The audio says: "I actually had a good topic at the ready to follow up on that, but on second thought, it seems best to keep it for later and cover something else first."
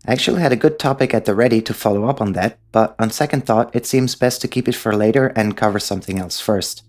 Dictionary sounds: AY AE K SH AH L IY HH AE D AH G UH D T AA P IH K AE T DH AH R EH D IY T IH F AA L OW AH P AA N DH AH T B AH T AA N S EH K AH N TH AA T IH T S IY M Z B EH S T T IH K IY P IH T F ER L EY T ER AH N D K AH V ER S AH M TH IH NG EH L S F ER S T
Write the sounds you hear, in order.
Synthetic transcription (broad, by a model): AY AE K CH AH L IY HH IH D AH G UH D T AA P IH K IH T DH AH R EH D IY T IH F AA L OW AH P N DH AH T B AH T N S EH K AH N TH AA T IH T S IY M Z B EH S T T IH K IY P IH T F ER L EY T ER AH N K AH V ER S AH M TH IH NG EH L S F ER S T